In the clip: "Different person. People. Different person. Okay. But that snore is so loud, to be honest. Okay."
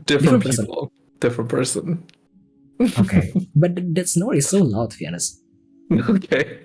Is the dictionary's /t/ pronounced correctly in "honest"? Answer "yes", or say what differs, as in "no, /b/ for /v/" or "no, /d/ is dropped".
no, /t/ is dropped